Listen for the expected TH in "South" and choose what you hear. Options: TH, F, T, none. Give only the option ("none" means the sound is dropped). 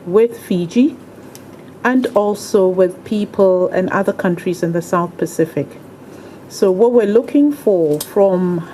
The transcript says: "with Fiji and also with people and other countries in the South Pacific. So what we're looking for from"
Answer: TH